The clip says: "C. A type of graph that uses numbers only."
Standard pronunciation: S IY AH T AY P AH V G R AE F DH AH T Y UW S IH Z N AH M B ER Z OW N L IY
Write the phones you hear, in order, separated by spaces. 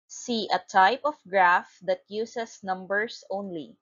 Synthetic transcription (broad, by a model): S IY AH T AY P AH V G R AE F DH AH T Y UW S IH S N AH M B ER S OW N L IY